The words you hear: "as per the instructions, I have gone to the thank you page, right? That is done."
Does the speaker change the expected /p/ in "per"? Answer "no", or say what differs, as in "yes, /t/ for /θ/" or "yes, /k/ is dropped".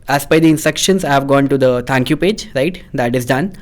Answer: yes, /b/ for /p/